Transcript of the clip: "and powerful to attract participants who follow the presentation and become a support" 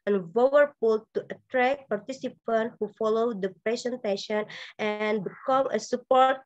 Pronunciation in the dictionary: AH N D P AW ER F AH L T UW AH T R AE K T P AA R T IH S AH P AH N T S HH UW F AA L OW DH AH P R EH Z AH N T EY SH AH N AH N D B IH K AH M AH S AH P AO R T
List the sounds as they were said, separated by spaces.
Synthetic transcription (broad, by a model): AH N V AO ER P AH L T UW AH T R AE K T P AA R T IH S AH P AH N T HH UW F AA L OW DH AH P R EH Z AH N T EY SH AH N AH N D B IH K AH M AH S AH P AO R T